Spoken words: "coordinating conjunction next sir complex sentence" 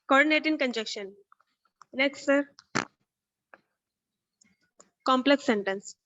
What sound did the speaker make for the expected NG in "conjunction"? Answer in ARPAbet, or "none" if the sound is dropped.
none